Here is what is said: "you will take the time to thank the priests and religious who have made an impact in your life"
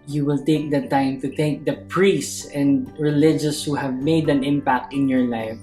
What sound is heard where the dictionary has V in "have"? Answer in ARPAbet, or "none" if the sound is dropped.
V